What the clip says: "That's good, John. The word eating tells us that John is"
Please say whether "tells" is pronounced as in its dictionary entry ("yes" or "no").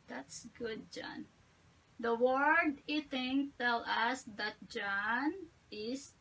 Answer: no